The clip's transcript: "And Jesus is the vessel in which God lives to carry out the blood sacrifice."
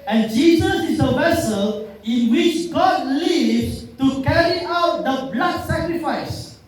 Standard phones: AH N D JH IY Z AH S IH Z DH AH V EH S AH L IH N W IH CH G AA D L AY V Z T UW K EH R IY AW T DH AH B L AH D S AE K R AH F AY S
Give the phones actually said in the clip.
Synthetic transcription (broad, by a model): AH N JH IY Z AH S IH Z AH V EH S AH L IH N W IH CH G AA D L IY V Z T UW K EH R IY AW T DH AH B L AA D S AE K R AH F AY S